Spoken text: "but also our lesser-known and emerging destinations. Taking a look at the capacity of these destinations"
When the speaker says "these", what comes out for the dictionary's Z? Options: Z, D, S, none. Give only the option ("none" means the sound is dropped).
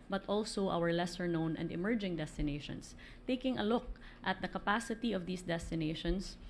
S